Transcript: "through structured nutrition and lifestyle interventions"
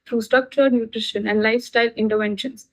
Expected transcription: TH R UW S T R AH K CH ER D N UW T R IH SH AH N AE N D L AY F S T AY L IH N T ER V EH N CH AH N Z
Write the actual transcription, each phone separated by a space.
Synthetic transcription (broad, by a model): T R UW S T AH K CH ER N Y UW T R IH SH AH N AE N D L AY F S T AY L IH N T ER V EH N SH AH N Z